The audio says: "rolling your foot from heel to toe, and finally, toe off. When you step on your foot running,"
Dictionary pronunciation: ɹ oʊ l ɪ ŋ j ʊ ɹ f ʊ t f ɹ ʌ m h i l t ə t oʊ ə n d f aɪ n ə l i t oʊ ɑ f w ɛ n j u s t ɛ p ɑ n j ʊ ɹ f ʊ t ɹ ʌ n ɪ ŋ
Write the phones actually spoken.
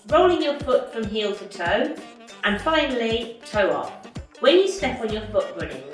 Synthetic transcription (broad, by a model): ɹ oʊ l ɪ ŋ j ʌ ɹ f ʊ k f ɹ ʌ m h i l t ə t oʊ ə n f aɪ n ə l i t oʊ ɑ p w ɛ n j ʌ s t ɛ p n j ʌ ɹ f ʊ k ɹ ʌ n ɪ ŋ